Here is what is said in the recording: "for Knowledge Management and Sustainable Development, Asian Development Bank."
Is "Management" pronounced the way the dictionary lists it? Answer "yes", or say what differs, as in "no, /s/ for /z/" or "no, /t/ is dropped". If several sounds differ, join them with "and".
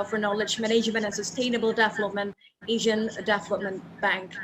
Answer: no, /ʒ/ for /dʒ/ and /t/ is dropped